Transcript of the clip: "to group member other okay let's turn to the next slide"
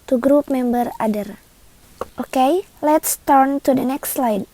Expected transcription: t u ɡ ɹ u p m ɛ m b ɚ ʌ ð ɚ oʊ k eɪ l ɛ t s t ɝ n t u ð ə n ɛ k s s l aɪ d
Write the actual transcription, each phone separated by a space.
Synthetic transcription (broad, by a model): t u ɡ ɹ u p m ɛ m b ɚ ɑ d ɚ oʊ k eɪ l ɛ t s t ɝ n t u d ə n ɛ k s s l aɪ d